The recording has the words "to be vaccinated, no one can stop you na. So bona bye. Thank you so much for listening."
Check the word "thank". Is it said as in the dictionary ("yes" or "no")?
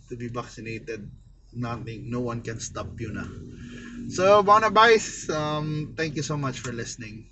no